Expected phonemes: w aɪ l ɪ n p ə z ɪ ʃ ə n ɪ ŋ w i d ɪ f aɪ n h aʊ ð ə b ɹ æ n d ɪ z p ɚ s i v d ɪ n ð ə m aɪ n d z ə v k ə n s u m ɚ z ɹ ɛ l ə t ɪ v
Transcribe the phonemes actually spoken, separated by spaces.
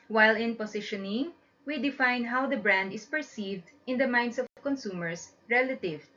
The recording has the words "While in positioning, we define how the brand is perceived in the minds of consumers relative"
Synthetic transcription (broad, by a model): w aɪ l ɪ n p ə s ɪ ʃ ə n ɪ ŋ w i d ɪ f aɪ n h aʊ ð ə b ɹ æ n d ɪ s p ɚ s i v d ɪ n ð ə m aɪ n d s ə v k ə n s u m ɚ s ɹ ɛ l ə t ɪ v